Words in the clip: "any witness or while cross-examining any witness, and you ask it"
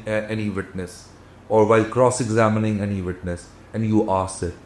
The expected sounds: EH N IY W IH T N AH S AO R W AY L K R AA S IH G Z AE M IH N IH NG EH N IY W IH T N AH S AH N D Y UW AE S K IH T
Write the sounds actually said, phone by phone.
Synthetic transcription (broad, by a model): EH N IY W IH T N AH S AO R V AY L K R AA S IH G Z AE M IH N IH NG EH N IY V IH T N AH S AH N D Y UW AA S IH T